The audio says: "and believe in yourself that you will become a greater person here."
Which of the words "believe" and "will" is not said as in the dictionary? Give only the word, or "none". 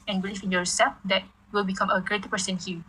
believe